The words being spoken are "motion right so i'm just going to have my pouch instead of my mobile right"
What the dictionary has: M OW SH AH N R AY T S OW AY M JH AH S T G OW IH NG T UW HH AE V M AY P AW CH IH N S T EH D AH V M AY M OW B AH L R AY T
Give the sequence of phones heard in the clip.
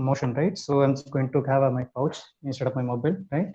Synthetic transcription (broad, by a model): M OW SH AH N R AY T S OW AY M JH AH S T G OW IH NG T UW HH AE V M AY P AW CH IH N S T EH D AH P M AY M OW B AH L R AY T